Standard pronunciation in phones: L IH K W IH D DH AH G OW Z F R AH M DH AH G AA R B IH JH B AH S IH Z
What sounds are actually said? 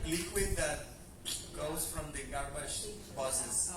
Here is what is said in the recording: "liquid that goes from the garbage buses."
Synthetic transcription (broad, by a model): L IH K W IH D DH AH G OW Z F R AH M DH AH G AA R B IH SH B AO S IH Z